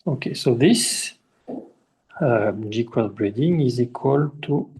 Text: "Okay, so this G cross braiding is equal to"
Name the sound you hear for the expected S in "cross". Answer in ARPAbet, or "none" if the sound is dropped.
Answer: none